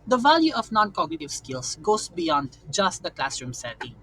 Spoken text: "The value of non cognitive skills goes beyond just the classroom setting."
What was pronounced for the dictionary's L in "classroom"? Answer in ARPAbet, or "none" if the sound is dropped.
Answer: L